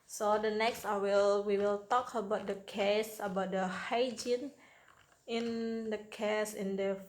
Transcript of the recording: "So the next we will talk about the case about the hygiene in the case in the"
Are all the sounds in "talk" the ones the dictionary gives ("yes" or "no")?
yes